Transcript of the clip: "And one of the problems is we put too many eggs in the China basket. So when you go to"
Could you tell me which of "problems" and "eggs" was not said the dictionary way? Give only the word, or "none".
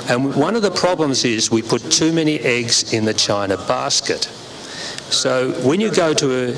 none